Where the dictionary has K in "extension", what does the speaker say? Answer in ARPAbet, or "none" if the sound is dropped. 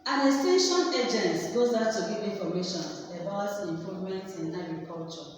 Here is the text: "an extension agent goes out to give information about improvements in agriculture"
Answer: none